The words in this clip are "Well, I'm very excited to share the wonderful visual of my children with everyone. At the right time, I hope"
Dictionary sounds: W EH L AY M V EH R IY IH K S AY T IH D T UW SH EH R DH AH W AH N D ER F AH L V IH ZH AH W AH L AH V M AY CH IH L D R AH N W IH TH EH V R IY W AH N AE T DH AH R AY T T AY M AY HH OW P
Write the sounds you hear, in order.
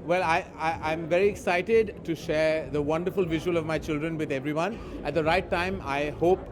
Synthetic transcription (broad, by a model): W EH L AY M V EH R IY IH K S AY T IH D T UW SH EH R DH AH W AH N D ER F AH L V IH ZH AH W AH L AH V M AY CH IH L D R AH N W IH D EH V R IY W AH N AE T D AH R AY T T AY M AY HH OW P